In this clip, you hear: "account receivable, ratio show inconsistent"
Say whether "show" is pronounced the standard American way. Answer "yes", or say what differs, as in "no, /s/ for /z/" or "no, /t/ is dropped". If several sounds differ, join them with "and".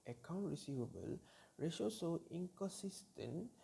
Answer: no, /s/ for /ʃ/